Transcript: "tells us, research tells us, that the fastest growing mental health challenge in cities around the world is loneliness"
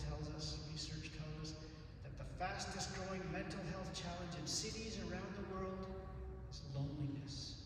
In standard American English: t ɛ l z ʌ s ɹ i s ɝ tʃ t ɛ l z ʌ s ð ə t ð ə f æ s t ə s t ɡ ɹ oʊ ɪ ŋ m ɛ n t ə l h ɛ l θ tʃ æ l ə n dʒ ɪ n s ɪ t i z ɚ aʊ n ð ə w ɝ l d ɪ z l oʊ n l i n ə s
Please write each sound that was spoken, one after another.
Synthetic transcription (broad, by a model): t ɛ l z ʌ s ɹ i s ɝ tʃ t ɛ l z ʌ s ð ə t ð ə f æ s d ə s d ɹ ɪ ɪ ŋ m ɛ n t l h ɛ l θ tʃ æ l ə n dʒ ɪ n s ɪ t i z ɚ aʊ n ð ə w ɝ l d ɪ z l oʊ n l i n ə s